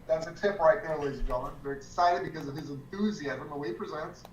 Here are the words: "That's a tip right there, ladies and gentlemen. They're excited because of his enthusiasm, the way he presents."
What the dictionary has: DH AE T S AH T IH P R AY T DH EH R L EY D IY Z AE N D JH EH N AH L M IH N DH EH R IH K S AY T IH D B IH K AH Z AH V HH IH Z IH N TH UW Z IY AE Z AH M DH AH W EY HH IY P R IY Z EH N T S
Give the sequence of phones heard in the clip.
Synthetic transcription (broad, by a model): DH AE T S AH T IH P R AY T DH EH R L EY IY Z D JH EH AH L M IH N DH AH R IH K S AY T IH D B IH K AH Z AH V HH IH Z IH N TH UW Z IY AE Z AH M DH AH W EY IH P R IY Z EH N T S